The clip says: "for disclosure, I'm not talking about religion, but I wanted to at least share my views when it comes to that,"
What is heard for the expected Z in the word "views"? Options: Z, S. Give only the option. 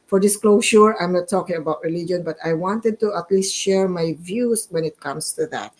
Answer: S